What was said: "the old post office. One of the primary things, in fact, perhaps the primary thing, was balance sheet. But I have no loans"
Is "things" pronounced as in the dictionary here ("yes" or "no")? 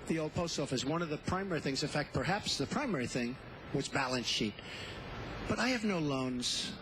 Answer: yes